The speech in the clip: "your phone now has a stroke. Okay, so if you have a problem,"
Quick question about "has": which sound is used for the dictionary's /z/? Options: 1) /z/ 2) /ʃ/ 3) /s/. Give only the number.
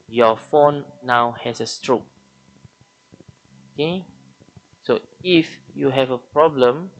3